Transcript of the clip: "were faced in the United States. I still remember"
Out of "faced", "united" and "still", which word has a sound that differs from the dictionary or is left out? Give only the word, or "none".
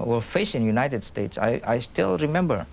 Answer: faced